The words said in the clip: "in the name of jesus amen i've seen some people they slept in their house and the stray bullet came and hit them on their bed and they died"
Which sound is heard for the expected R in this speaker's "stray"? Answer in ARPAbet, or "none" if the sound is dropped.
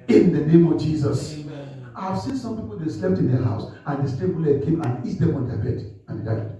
none